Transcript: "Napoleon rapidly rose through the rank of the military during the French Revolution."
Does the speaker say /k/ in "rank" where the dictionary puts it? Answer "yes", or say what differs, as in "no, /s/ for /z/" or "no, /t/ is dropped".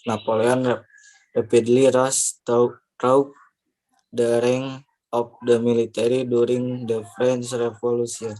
no, /k/ is dropped